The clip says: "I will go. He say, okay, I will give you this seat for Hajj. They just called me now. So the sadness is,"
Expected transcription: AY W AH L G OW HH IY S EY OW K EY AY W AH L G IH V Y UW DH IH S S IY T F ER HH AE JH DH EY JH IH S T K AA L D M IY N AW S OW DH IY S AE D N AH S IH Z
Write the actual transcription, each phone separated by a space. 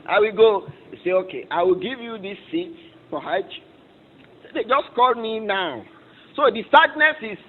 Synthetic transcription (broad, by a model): AY W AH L G OW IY S EY OW K EY AY W AH L G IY V Y UW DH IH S S IY T P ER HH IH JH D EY JH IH S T K AA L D M IY N AW S OW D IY S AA D N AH S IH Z